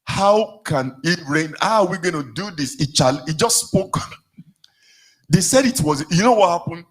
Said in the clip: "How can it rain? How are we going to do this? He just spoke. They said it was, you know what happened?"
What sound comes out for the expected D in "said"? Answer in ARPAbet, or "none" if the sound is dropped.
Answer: D